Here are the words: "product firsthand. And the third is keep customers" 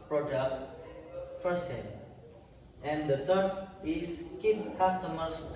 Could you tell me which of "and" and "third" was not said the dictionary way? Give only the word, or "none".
third